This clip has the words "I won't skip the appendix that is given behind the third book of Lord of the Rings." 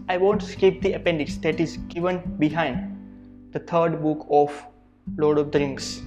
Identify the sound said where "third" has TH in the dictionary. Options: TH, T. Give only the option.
T